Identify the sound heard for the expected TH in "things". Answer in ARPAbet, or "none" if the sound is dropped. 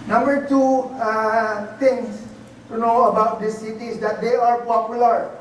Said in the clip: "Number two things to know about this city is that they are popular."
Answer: T